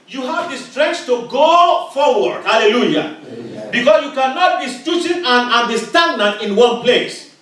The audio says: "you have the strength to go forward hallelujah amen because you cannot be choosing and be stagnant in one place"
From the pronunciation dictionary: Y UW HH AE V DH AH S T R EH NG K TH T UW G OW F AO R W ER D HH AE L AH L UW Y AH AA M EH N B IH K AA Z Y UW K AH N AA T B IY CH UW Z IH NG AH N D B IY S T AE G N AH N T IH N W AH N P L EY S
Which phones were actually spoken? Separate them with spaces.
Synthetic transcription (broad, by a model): Y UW HH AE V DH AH S T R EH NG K S T UW G OW F AO R W ER D HH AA L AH L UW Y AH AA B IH K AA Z Y UW K AH N AA T B IY S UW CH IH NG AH N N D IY S T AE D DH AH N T IH N W AH N P L EY S